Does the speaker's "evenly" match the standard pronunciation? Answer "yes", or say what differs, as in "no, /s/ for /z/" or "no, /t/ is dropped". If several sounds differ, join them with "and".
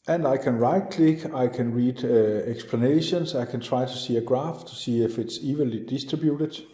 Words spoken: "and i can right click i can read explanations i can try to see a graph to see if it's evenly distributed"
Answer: no, /n/ is dropped